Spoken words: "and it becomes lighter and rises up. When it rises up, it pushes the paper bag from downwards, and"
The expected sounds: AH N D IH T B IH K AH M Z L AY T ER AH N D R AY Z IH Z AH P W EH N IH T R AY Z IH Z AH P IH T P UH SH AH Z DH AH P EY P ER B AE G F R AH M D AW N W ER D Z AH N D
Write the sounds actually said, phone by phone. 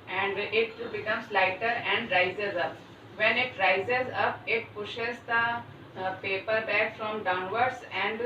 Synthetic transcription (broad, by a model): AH N D IH T B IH K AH M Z L AY T ER AH N D R AY Z IH Z AH P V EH N IH T R AY Z IH Z AH P IH T P UH SH AH Z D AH P EY P ER B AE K F R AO M D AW N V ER D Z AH N D